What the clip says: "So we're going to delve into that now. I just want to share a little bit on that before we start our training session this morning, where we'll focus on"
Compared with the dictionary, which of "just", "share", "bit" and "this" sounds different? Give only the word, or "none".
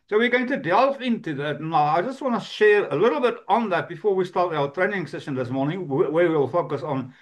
none